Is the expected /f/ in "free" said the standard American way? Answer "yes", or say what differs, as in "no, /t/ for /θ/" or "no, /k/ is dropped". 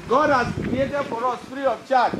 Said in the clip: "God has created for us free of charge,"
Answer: no, /p/ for /f/